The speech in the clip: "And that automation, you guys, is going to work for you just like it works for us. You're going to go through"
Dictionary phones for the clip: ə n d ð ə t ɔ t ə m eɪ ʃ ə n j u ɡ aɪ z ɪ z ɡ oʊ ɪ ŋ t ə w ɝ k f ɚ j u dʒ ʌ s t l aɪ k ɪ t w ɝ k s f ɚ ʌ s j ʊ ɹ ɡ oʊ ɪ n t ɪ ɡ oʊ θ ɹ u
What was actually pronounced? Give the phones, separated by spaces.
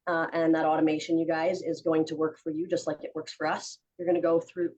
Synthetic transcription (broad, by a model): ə n ð ə t ɔ t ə m eɪ ʃ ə n j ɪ ɡ aɪ z ɪ z ɡ oʊ ɪ ŋ t ə w ɝ k f ɚ j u dʒ ʌ s t l aɪ k ɪ t w ɝ k s f ɚ ʌ s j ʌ ɹ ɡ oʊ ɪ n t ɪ ɡ oʊ θ ɹ u